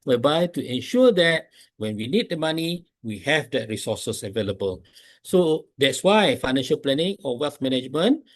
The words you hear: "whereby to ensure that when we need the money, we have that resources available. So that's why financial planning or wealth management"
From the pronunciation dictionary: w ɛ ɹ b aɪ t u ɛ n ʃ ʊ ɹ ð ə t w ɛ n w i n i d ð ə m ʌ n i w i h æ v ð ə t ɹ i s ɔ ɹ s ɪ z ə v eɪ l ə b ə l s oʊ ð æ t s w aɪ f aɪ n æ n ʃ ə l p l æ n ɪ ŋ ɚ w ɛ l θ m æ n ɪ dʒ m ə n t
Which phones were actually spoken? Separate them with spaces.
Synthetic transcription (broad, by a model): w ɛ b aɪ t u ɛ n ʃ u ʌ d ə t w ɛ n w i n i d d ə m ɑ n i w i h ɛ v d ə t ɹ i s ɔ s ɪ s ə v eɪ l ə b ə l s oʊ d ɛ t s w aɪ f aɪ n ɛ n ʃ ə l p l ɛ n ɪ ŋ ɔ w ɛ l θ m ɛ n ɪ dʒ m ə n